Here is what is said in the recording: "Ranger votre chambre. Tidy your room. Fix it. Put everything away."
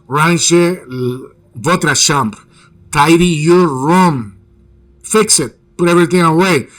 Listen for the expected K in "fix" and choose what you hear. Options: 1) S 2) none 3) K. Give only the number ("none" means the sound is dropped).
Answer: 3